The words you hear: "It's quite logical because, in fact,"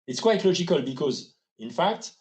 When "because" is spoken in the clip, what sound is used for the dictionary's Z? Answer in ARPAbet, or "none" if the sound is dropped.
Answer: Z